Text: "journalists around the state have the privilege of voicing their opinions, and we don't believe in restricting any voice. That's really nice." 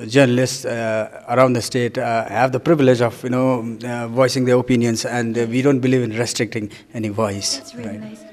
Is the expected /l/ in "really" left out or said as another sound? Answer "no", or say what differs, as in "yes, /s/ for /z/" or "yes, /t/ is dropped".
yes, /l/ is dropped